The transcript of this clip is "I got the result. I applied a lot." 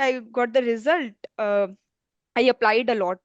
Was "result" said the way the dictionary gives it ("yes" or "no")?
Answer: yes